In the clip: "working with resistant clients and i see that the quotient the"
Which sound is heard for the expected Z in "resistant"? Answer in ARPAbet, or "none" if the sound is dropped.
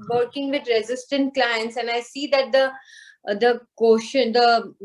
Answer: Z